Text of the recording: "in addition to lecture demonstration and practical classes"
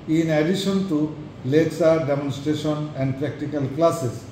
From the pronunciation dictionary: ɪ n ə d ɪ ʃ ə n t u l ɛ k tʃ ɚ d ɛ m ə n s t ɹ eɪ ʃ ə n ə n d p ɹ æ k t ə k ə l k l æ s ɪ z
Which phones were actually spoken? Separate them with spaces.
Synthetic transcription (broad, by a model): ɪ n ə d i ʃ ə n t u l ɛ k s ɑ d ɛ m ə n s t ɹ eɪ ʃ ə n ə n d p ɹ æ k t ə k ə l k l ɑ s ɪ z